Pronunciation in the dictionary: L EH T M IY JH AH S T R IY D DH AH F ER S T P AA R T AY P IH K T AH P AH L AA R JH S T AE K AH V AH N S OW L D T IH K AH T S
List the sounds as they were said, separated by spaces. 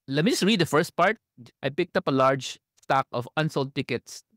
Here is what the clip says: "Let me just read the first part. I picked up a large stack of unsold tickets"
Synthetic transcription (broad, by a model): L EH T M IY JH AH S T R IY D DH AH F ER S T P AA R T AY P IH K T AH P AH L AA R JH S T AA K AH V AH N S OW L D T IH K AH T S